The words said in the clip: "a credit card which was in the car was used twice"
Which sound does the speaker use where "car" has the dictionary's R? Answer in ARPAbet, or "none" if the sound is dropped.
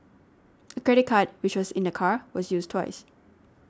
R